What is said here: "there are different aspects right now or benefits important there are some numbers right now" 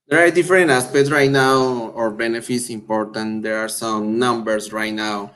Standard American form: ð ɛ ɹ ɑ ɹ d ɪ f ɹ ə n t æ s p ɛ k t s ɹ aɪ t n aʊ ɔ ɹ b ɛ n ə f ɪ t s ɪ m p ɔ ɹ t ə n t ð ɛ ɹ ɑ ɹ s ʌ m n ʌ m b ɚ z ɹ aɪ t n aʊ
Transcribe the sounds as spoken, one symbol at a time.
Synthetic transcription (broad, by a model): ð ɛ ɹ ɑ ɹ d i f ɹ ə n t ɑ s p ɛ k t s ɹ aɪ t n aʊ ɔ ɹ b ɛ n ə f ɪ t s ɪ m p ɔ ɹ t ə n t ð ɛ ɹ ɑ ɹ s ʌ m n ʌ m b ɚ s ɹ aɪ t n aʊ